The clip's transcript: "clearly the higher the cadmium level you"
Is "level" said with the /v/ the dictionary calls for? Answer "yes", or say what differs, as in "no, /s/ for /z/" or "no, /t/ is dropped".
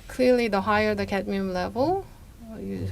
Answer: yes